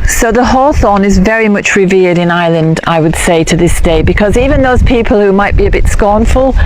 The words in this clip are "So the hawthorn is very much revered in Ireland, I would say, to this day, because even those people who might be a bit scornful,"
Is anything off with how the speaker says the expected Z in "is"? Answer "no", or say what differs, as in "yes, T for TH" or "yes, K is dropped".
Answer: no